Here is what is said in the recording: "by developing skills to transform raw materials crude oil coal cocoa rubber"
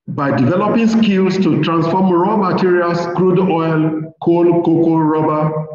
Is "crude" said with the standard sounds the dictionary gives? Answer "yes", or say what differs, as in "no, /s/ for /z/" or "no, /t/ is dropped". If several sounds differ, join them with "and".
yes